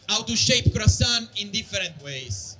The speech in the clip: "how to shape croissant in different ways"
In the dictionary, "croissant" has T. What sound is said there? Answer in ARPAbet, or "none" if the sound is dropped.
none